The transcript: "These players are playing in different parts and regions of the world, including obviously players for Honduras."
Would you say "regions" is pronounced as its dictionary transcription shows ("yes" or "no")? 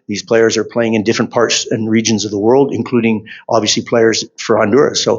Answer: yes